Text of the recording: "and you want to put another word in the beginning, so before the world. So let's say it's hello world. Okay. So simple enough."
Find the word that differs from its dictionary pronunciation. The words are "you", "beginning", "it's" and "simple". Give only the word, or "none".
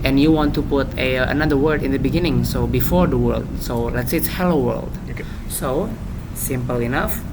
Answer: none